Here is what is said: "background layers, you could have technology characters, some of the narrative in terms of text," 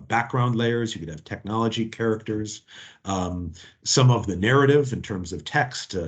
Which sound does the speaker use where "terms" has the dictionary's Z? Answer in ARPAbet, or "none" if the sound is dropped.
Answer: Z